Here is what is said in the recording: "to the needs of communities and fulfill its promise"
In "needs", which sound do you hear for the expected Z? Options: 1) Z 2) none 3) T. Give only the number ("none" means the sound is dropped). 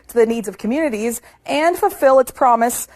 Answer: 1